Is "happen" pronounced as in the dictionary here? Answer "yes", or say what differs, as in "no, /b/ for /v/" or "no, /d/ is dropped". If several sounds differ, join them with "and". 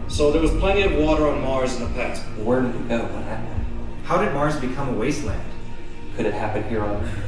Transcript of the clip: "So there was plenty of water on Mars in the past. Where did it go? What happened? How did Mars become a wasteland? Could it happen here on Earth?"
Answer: yes